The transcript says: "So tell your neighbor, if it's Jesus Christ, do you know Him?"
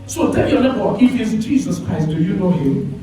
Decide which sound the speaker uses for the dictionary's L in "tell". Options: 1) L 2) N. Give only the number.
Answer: 2